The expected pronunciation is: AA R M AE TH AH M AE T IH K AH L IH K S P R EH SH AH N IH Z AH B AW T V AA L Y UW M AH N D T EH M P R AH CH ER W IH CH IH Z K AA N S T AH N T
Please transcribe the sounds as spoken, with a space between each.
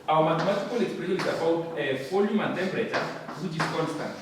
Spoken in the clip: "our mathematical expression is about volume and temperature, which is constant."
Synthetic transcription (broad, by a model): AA M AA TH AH M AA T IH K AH L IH K S P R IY AH N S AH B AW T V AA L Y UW M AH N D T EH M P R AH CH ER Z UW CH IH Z K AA N S T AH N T